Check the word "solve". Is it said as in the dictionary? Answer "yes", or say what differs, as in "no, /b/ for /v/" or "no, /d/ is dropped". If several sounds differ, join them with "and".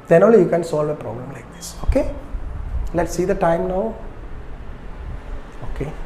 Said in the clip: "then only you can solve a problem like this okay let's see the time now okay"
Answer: yes